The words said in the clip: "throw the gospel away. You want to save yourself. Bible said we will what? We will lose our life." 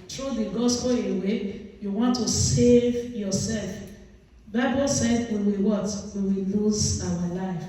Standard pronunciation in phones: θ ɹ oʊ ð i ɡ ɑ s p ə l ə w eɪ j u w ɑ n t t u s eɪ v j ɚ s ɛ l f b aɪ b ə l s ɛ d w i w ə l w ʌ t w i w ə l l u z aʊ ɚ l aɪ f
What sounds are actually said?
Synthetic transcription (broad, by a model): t ɹ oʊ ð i ɡ ɑ s p ə l ə w eɪ j u w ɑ n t t u s eɪ v j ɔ s ɛ l f b aɪ b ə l s ɛ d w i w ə w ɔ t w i w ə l l u z aʊ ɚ l aɪ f